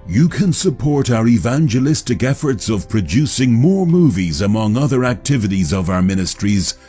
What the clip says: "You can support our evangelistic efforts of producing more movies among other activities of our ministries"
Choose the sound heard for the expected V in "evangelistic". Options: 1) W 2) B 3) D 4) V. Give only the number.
4